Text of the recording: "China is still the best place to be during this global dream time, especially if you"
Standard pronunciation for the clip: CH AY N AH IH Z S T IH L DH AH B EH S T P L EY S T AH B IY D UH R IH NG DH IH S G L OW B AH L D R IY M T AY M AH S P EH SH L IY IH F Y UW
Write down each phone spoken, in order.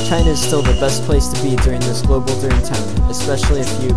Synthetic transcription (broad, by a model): CH AY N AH IH Z S T IH L DH AH B EH S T P L EY S T AH B IY D UH R IH NG DH IH S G L OW B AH L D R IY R T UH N AH S P EH SH L IY IH F Y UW